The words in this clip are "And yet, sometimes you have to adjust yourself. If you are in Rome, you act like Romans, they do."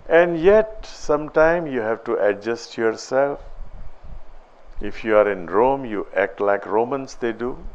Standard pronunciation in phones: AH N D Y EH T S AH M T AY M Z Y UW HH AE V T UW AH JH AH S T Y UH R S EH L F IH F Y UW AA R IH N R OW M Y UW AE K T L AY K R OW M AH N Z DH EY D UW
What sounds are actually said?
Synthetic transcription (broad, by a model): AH N D Y EH T S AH M T AY M Y UW HH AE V T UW AH JH AH S T Y UH R S EH L F IH F Y UW AA R IH N R OW M Y UW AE K T L AY K R OW M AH N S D EY D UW